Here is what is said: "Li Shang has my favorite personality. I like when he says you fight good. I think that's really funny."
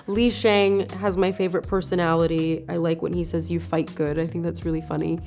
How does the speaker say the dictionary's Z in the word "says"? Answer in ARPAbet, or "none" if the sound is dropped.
Z